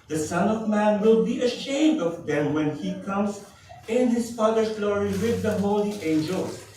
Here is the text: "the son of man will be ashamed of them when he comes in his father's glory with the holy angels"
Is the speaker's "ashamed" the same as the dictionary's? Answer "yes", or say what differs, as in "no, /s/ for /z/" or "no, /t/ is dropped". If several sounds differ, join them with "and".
yes